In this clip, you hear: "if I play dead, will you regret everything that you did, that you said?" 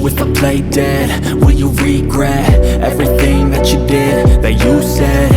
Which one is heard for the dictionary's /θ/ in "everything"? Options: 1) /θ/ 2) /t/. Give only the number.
1